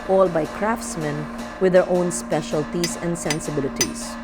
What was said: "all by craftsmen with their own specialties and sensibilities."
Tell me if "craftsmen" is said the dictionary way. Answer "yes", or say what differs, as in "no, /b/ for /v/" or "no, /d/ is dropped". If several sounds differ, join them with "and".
yes